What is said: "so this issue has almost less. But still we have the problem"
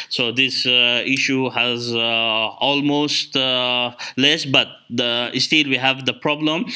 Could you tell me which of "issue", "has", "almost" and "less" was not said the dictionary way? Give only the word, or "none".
none